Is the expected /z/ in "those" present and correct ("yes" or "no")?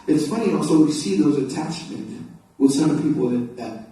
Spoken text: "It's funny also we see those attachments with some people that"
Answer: yes